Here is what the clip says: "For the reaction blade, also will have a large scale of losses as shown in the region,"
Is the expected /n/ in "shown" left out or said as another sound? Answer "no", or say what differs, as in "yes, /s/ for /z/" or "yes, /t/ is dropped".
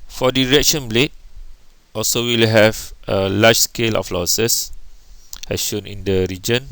no